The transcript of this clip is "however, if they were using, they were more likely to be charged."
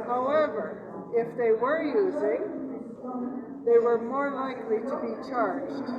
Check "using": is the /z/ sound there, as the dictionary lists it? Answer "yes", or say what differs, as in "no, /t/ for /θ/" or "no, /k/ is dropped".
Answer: yes